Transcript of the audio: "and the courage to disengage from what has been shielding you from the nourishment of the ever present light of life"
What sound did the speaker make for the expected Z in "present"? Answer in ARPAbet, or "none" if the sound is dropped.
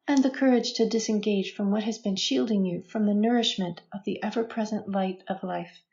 Z